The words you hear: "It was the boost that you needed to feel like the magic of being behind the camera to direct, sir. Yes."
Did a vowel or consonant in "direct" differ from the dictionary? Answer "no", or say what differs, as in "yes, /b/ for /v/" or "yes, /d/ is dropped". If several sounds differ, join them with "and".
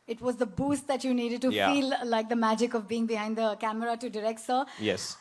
no